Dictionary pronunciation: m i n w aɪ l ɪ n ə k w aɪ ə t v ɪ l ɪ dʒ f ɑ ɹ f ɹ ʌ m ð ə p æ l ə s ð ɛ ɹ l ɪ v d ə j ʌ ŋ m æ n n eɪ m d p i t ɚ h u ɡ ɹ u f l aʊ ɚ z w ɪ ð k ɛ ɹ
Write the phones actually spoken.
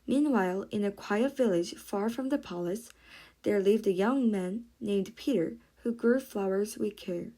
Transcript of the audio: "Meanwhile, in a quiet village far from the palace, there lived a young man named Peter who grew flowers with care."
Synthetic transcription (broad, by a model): m i n w aɪ l ɪ n ə k w aɪ ə t v ɪ l ɪ dʒ f ɑ ɹ f ɹ ʌ m ð ə p æ l ə s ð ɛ ɹ l ɪ v d ə j ʌ ŋ m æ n n eɪ m d p i t ɚ h u ɡ ɹ u f l aʊ ɚ z w ɪ ð k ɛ ɹ